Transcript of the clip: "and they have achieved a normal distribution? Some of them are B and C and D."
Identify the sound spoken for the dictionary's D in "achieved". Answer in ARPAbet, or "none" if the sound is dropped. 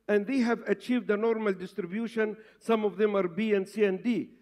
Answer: D